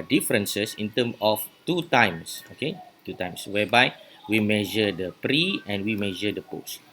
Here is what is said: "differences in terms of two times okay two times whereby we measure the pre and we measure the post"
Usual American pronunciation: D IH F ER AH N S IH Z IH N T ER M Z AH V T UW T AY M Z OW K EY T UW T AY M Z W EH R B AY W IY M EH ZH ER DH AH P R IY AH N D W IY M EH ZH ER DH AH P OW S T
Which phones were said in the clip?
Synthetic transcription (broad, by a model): D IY F ER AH N S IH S IH N T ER M AH F T UW T AY M S OW K EY T UW T AY M S W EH B AY W IY M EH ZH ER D AH P R IY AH N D W IY M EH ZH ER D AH P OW S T